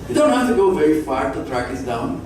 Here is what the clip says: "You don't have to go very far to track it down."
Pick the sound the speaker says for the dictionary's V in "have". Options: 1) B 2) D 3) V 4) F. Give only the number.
4